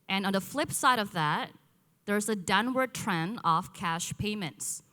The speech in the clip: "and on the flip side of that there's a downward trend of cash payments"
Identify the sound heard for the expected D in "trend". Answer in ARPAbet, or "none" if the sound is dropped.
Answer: none